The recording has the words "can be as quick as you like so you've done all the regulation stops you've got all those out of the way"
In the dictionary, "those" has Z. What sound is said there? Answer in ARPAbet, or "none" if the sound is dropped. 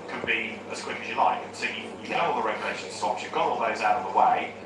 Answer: Z